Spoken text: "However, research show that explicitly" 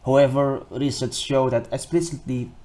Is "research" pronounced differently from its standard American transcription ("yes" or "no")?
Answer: yes